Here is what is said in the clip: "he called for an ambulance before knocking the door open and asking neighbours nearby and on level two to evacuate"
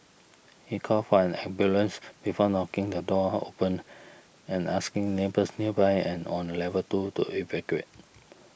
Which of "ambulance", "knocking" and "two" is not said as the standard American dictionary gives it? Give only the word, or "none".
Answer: ambulance